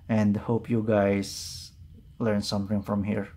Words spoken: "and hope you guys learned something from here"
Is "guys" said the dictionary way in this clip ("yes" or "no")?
no